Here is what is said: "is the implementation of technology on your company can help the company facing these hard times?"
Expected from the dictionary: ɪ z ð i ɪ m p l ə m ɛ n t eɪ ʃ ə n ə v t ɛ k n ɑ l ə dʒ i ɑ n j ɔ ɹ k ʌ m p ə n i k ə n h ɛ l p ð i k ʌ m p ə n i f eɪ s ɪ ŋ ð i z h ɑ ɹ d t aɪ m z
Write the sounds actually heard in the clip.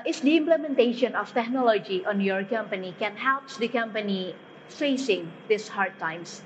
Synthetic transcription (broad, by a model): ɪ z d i ɪ m p l ə m ɛ n t eɪ ʃ ə n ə f t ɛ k n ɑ l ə dʒ i ɑ n j ɔ ɹ k ʌ m p ə n i k ə n h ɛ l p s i k ʌ m p ə n i f eɪ s ɪ ŋ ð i s h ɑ ɹ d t aɪ m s